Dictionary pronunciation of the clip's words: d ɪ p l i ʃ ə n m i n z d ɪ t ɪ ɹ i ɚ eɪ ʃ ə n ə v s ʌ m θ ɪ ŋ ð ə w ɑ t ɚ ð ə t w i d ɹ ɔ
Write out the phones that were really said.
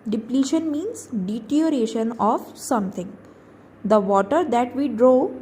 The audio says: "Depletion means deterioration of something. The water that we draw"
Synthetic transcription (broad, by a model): d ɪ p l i ʃ ə n m i n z d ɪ t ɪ i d eɪ ʃ ə n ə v s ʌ m t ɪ ŋ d ə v ɑ t ɚ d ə t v i d ɹ ɔ